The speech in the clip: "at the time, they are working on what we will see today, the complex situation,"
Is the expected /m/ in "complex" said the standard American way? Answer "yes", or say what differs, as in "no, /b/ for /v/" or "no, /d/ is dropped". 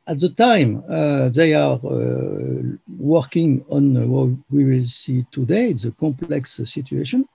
yes